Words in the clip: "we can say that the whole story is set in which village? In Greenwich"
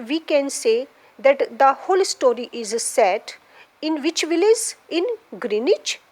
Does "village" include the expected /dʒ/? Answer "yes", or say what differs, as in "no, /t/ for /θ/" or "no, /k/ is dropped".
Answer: no, /z/ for /dʒ/